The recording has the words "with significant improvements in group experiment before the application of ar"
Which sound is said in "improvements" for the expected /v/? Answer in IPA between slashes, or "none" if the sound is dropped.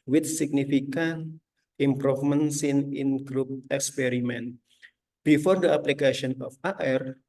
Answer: /f/